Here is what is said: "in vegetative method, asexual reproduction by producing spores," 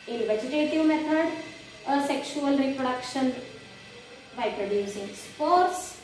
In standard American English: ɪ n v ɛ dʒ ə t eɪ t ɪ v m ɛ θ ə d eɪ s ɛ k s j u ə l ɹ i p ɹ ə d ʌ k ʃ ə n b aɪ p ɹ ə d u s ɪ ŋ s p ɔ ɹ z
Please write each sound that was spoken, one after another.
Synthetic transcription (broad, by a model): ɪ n v ɛ dʒ ə t eɪ t ɪ v m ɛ t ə d s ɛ k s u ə l ɹ i p ɹ ə d ʌ k ʃ ə n b aɪ p ɹ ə d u s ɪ ŋ s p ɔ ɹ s